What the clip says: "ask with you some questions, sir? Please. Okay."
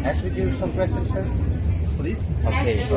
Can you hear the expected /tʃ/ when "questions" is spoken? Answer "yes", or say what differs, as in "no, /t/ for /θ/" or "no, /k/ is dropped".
no, /tʃ/ is dropped